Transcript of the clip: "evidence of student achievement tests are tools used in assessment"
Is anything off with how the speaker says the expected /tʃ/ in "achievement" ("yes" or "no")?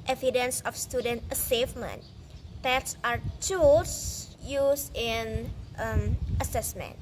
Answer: yes